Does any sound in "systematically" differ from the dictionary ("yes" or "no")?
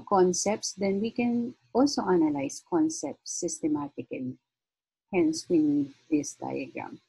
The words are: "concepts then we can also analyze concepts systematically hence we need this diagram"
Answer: yes